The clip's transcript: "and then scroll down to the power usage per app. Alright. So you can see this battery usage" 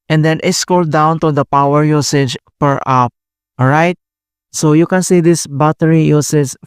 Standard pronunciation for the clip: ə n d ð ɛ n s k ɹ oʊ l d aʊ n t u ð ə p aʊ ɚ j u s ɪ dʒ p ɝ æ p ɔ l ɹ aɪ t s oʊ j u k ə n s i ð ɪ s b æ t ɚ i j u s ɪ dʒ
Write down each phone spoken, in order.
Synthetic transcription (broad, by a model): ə n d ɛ n s k oʊ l d aʊ n t u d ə p aʊ ɚ j u s ɪ dʒ p ɝ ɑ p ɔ ɹ aɪ t s oʊ j u k ə n s i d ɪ s b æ t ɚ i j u s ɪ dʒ